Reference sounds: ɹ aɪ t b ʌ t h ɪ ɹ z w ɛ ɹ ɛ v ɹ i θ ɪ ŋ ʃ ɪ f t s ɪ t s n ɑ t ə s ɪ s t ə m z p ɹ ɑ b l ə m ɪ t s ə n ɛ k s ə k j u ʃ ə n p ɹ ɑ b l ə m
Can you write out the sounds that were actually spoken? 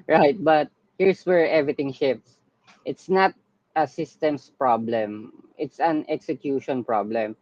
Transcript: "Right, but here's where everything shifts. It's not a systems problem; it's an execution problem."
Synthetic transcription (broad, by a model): ɹ aɪ t b ʌ t h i ɹ s w ɛ ɹ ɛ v ɹ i t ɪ ŋ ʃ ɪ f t s ɪ t s n ɑ t ə s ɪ s t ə m s p ɹ ɑ b l ə m ɪ t s ə n ɛ k s ə k j u ʃ ə n p ɹ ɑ b l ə m